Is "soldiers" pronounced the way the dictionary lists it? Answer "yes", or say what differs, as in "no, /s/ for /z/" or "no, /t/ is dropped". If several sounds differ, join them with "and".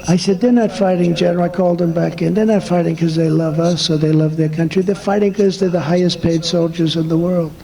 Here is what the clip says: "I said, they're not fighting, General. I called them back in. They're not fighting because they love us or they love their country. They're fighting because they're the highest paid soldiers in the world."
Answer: yes